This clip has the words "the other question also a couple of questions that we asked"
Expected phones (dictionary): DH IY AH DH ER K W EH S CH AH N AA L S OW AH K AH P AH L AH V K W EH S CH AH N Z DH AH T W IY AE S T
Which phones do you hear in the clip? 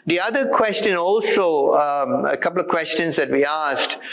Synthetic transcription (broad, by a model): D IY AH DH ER K W EH S CH AH N AA L S OW AH K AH P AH L AH V K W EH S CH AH N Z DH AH T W IY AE S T